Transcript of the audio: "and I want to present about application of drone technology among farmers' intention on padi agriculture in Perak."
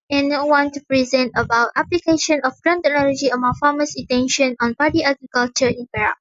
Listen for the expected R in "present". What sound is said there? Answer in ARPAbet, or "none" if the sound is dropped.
R